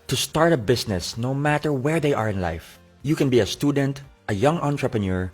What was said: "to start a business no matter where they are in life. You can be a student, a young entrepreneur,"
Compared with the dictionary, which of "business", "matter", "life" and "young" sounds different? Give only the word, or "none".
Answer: business